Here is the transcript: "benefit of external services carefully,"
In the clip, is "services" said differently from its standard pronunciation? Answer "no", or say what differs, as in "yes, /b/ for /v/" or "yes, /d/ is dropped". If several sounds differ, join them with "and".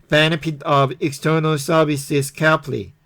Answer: yes, /s/ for /z/